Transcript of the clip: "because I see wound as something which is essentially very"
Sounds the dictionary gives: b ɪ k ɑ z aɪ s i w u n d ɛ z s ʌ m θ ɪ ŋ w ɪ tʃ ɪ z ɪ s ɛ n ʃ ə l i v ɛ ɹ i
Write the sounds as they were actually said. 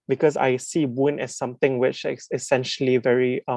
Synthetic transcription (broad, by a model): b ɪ k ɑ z aɪ s i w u n ɛ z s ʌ m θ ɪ ŋ w ɪ tʃ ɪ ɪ s ɛ n ʃ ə l i v ɛ ɹ i